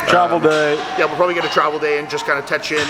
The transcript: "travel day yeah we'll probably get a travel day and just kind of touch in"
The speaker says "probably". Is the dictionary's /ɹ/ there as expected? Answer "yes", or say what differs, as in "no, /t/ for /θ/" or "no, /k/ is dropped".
yes